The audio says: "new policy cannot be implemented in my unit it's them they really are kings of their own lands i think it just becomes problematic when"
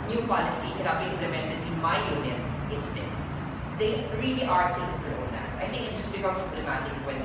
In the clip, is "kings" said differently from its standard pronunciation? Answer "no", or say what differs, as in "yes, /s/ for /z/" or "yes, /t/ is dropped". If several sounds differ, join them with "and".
yes, /ŋ/ is dropped